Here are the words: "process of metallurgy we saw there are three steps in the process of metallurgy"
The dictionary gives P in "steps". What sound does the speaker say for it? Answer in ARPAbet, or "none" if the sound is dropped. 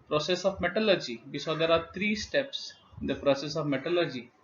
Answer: P